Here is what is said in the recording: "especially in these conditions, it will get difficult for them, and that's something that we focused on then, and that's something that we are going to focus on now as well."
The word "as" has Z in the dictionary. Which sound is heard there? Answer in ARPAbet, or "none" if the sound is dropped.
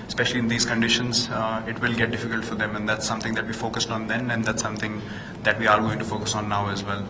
Z